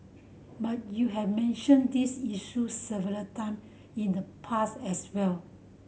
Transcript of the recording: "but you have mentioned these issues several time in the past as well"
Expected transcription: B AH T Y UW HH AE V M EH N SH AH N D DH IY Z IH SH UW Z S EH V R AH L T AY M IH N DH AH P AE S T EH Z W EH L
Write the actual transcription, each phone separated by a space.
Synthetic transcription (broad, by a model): B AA T Y UW HH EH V M EH N SH AH N D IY S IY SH UW S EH V AH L T AY M IH N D AH P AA S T EH S W EH L